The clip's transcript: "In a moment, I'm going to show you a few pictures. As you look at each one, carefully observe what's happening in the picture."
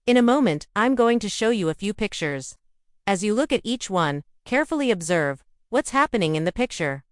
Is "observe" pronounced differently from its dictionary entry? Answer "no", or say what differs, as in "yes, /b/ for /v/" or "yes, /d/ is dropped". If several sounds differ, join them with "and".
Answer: no